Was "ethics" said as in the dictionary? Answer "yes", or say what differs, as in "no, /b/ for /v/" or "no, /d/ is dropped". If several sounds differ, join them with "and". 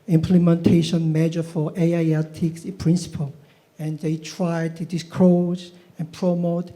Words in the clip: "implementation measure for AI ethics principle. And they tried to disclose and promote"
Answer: no, /t/ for /θ/